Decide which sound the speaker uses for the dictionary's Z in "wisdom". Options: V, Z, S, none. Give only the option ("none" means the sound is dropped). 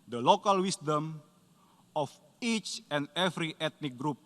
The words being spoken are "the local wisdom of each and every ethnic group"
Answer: S